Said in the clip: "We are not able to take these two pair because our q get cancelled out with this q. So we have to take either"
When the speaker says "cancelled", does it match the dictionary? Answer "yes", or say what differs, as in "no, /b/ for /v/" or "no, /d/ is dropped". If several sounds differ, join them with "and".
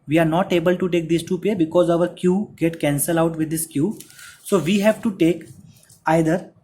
no, /d/ is dropped